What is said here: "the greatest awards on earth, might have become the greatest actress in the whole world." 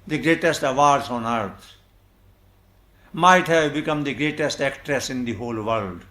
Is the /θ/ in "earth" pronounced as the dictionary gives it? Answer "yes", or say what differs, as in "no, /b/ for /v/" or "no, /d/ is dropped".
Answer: no, /t/ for /θ/